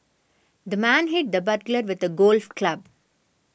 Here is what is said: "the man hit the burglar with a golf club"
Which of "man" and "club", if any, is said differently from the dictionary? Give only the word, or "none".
none